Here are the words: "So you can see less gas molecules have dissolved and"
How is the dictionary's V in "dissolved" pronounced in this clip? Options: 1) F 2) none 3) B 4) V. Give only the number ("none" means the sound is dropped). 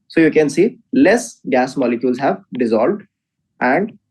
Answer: 4